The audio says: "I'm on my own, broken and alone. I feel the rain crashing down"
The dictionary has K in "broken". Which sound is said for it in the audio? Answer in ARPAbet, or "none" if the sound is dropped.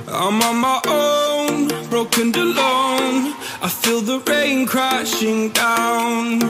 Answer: none